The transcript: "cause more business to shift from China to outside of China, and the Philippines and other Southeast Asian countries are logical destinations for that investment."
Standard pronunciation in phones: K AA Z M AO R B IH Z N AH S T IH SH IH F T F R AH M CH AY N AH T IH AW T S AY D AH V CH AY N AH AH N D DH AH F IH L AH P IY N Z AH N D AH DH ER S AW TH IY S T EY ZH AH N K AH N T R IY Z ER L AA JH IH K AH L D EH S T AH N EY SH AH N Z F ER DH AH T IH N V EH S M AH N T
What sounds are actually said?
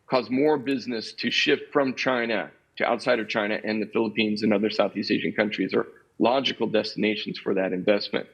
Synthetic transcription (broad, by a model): K AA Z M AO R B IH Z N AH S T IH SH IH F T F R AH M CH AY N AH T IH AW T S AY D AH V CH AY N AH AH N DH AH F IH L AH P IY N Z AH N AH DH ER S AW TH IY S T EY ZH AH N K AH N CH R IY Z ER L AA JH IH K L D EH S T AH N EY SH N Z F ER DH AH T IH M V EH S M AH N T